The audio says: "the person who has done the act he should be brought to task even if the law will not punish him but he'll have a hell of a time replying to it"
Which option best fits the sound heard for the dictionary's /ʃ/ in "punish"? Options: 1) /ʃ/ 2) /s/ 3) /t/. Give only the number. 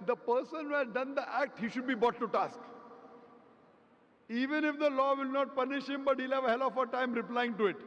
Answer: 1